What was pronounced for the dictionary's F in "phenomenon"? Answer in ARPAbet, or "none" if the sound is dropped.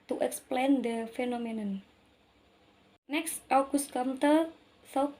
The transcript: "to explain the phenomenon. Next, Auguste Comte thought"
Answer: F